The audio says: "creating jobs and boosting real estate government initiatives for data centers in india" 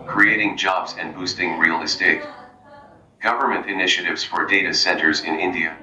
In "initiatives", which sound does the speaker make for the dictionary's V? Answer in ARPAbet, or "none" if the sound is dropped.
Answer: V